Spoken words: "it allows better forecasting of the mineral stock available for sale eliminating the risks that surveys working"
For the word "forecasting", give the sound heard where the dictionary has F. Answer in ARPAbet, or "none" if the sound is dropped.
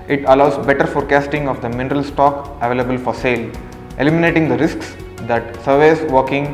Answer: F